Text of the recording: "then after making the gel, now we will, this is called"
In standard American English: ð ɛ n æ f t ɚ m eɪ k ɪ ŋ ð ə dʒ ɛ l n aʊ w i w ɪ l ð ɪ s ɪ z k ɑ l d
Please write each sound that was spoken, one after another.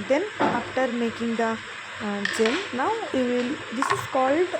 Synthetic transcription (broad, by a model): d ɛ n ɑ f t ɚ m eɪ k ɪ ŋ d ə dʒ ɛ n n aʊ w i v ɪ l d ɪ s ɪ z k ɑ l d